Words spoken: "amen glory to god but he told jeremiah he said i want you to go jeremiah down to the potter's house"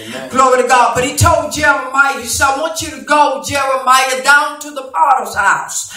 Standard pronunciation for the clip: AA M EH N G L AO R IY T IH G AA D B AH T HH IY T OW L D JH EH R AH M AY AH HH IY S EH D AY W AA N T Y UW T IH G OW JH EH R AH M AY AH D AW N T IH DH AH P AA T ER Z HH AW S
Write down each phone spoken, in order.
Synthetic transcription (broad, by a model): G L AO R IY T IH G AA D B AH T HH IY T OW L D JH EH R AH M AY AH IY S AY W AA N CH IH T IH G OW JH EH R AH M AY AH D AW N T IH DH AH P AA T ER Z HH AW S